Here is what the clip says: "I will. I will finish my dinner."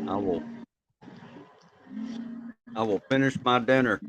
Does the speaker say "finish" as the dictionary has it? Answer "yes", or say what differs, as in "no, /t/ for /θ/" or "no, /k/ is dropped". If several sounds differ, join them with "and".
yes